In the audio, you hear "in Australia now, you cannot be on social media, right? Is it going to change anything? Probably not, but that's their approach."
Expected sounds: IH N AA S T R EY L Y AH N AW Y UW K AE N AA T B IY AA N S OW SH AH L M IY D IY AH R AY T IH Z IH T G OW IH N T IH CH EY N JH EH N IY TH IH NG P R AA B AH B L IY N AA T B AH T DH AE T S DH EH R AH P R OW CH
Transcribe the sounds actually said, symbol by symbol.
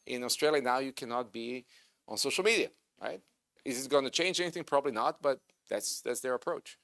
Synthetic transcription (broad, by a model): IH N AA S T R EY L Y AH N AW Y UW K AE N AA T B IY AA N S OW SH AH L M IY D IY AH R AY T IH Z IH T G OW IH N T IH CH EY N JH EH N IY TH IH NG P R AA B AH B L IY N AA T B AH T DH AE T S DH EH R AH P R OW CH